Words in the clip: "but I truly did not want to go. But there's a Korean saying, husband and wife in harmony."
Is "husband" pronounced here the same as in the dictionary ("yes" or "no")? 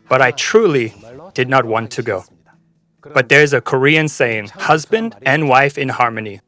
yes